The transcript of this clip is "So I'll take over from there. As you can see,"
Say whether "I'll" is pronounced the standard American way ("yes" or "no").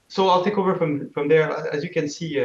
yes